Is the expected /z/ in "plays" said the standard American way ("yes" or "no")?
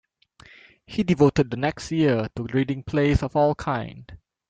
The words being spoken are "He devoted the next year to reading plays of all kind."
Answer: no